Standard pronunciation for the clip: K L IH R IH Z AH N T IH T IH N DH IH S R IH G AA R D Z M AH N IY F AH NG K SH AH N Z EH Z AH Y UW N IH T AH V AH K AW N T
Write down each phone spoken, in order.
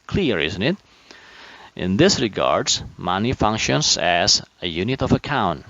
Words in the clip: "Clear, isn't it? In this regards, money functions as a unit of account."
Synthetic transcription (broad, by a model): K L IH R IH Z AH N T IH T IH N DH IH S R IH G AA R D Z M AH N IY F AH NG K SH AH N Z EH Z AH Y UW N IH T AH V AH K AW N T